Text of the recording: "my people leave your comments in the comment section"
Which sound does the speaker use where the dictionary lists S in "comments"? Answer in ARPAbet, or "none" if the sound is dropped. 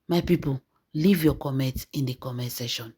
none